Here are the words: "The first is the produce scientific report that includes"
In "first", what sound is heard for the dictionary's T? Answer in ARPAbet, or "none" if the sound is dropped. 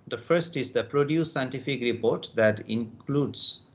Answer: T